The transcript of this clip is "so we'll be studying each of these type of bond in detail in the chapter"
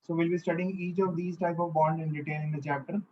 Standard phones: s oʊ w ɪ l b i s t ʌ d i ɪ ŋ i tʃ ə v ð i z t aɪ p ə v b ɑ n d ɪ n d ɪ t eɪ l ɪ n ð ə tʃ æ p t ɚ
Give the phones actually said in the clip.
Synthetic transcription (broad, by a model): s oʊ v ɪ l b i s t ʌ d i ɪ ŋ i tʃ ə v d i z t aɪ p ə v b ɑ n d ɪ n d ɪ t eɪ n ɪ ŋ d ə tʃ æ p t ɚ